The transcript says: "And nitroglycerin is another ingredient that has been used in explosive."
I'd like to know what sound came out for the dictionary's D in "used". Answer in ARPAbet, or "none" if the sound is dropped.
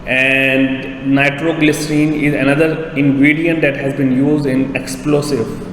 D